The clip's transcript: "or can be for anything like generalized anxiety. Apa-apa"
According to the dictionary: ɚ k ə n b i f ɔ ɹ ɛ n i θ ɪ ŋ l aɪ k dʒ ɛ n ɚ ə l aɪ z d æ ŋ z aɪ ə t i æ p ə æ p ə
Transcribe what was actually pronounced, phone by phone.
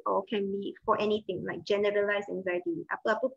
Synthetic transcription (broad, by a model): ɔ k ə n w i f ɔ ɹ ɛ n i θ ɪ ŋ l aɪ k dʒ ɛ n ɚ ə l aɪ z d æ ŋ z aɪ ə t i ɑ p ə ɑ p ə